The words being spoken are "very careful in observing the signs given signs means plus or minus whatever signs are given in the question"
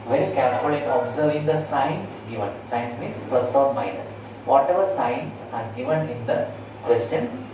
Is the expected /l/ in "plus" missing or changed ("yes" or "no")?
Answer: yes